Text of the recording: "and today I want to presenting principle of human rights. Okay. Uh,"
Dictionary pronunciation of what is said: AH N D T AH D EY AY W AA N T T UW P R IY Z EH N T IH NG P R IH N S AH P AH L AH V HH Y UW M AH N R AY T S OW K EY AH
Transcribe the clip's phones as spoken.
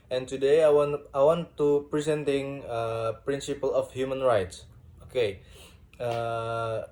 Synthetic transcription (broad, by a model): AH N T AH D EY AY W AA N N T UW P R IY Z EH N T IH NG P R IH N S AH P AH L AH F HH Y UW M AH N R AY T S OW K EY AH